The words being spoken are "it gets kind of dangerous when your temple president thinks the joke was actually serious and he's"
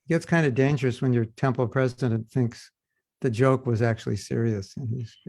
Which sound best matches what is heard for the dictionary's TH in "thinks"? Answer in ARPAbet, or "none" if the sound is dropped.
TH